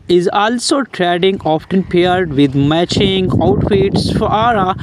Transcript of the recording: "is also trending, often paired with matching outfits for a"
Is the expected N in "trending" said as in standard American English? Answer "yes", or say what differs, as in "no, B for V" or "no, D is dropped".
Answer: no, N is dropped